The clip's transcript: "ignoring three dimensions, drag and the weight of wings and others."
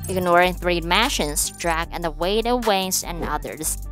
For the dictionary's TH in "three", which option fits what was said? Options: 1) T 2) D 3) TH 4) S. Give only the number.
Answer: 3